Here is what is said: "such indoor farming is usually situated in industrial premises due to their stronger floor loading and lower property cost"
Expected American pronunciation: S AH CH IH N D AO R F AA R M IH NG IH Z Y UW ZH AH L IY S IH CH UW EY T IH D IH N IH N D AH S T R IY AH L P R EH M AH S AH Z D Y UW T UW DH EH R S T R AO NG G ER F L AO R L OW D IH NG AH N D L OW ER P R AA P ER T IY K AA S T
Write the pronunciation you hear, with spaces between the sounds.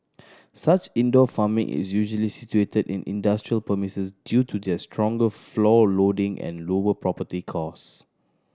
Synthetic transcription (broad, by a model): S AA CH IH N D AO F AA M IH NG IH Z Y UW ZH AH L IY S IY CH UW EY T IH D IH N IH N D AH S T R IY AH L P AH M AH S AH S D Y UW T UW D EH S T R AO NG G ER F L AO L OW D IH NG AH N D L OW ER P R AA P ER T IY K AA S